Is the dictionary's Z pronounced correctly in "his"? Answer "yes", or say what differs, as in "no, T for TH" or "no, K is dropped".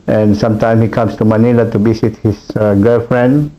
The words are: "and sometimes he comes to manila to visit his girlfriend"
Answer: no, S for Z